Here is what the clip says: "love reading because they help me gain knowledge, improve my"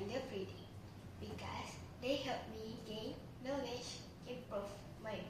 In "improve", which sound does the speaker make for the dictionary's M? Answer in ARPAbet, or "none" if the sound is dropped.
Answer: none